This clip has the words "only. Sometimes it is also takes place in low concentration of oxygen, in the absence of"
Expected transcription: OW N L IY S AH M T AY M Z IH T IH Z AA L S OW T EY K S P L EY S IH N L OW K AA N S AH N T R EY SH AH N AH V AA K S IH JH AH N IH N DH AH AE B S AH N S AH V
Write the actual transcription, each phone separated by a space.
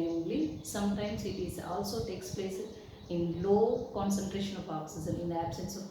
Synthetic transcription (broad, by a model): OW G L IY S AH M T AY M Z IH T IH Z AA L S OW T EY K S P L EY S IH N L OW K AA N S AH N T R EY SH AH N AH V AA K S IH Z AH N IH N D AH AE B S AH N S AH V